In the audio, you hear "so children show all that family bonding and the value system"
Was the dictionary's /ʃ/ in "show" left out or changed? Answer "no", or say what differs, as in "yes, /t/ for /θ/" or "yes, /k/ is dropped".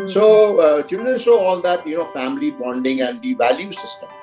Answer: yes, /s/ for /ʃ/